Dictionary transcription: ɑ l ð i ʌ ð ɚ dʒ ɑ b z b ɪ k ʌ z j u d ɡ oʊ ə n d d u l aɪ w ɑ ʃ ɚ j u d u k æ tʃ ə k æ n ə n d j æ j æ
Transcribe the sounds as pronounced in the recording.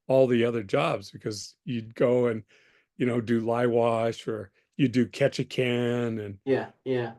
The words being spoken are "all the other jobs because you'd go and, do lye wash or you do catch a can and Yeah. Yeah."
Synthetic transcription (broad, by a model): ɑ l ð i ʌ ð ɚ dʒ ɑ b z b ɪ k ʌ z j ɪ d ɡ oʊ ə n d d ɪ l aɪ w ɑ ʃ ɚ j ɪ d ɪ k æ tʃ ə k æ n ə n j æ j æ